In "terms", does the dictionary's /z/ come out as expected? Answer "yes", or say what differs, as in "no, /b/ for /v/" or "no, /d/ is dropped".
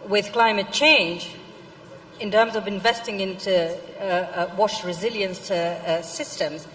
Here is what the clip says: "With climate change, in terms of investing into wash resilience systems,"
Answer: yes